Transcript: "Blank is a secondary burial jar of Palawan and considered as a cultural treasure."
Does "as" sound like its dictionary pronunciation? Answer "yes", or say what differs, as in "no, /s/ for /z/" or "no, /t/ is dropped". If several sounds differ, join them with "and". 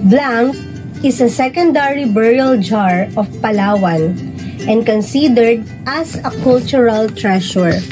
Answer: no, /s/ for /z/